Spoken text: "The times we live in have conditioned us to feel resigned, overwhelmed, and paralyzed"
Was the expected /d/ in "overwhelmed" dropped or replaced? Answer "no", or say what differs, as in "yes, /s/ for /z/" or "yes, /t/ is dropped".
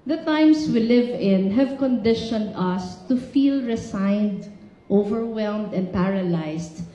no